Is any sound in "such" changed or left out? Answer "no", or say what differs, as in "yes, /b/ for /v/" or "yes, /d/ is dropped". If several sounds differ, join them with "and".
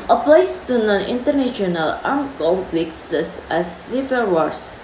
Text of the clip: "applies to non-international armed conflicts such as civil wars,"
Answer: yes, /s/ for /tʃ/